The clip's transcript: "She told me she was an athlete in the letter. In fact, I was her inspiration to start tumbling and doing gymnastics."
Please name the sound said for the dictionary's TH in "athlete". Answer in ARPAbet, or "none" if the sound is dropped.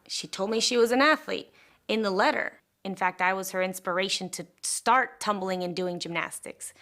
TH